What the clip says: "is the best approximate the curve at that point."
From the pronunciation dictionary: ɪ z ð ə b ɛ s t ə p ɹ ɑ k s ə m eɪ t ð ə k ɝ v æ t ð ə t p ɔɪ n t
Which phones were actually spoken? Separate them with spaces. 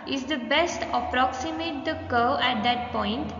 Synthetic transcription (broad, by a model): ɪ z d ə b ɛ s t ə p ɹ ɑ k s ə m eɪ t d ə k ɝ æ t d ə t p ɔɪ n t